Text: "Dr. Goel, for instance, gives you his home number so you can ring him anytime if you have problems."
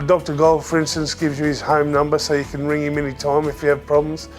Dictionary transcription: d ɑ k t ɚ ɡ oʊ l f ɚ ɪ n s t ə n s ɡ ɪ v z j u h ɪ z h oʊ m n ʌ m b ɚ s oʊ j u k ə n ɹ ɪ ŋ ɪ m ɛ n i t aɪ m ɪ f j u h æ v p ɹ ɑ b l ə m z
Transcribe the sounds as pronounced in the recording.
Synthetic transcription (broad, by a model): d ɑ k t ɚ ɡ oʊ l f ɚ ɪ n s t ə n s ɡ ɪ v z j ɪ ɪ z h oʊ m n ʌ m b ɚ s oʊ j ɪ k ə n ɹ ɪ ŋ ɪ m ɛ n i t aɪ m ɪ f j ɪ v p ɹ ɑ b l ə m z